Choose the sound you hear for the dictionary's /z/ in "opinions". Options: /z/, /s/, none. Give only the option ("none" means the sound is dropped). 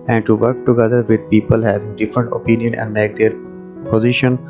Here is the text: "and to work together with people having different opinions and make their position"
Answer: none